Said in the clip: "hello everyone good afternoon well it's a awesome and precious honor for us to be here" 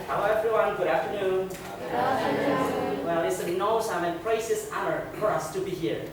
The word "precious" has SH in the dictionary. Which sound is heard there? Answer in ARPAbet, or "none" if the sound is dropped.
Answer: S